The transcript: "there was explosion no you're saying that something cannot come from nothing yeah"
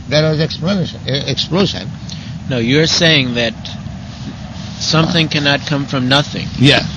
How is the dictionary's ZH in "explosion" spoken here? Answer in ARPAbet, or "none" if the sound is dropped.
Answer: SH